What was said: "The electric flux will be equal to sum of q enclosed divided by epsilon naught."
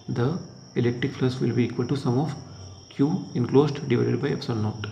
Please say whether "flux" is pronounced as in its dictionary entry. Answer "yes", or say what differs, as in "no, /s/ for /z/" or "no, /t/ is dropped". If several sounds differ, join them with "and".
no, /k/ is dropped